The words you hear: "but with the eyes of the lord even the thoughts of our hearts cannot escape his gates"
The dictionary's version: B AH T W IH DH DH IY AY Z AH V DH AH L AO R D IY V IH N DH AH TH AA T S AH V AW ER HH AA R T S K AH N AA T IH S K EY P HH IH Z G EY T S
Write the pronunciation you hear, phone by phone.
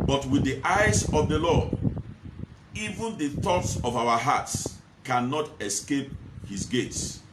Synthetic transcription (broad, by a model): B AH T W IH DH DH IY AY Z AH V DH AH L AO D IY V IH N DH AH TH AA T S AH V AW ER HH AA T S K AH N AA T IH S K EY P HH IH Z G EY T S